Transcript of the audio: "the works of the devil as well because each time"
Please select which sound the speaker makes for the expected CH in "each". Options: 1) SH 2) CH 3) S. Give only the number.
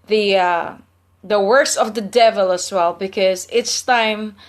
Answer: 3